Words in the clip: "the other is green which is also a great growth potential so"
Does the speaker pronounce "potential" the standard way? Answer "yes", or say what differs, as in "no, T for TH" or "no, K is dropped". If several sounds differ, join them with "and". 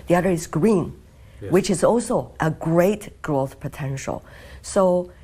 yes